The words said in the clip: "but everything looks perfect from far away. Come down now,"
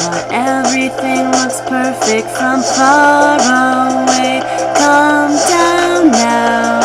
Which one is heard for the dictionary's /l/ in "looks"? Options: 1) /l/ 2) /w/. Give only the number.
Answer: 2